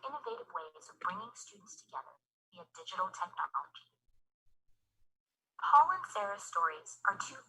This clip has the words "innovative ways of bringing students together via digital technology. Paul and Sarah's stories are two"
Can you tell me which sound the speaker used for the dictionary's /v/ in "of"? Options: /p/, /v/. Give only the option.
/v/